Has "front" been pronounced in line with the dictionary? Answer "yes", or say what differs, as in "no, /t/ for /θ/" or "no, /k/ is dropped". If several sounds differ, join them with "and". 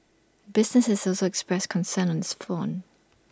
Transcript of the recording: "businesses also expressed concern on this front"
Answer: no, /ɹ/ is dropped and /t/ is dropped